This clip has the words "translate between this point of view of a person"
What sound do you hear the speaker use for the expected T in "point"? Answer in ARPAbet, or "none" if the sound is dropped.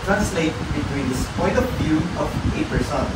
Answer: none